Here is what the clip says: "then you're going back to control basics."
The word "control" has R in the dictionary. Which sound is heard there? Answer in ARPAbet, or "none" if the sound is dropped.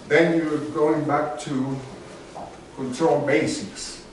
none